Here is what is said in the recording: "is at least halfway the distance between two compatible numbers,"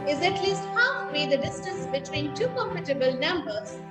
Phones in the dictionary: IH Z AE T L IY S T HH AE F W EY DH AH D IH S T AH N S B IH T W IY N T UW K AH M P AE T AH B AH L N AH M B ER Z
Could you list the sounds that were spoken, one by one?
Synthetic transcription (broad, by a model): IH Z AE T L IY S T HH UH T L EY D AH D IH S T AH N S B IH T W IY N T UW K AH M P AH T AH B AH L N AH M B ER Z